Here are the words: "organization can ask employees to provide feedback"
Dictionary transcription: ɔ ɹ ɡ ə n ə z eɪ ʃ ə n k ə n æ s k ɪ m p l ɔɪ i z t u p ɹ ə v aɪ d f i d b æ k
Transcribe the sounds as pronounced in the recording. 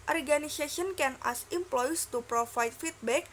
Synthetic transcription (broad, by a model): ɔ ɹ ɡ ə n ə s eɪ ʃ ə n k ə n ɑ s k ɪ m p l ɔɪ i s t u p ɹ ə f aɪ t f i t b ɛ k